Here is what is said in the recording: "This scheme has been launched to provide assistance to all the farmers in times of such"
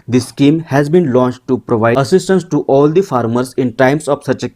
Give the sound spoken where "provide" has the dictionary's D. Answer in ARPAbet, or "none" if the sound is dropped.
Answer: none